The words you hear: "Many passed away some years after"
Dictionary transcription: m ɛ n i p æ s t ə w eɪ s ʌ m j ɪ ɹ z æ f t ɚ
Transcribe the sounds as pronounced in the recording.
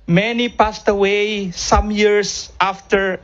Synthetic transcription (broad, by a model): m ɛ n i p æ s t ə w eɪ s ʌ m j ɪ ɹ s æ f t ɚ